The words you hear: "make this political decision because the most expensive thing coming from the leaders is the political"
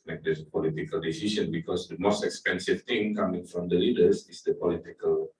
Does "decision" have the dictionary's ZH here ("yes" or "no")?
no